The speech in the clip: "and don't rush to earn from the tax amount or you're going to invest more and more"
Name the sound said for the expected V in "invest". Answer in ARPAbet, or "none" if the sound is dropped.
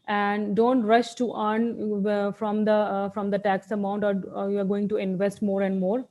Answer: V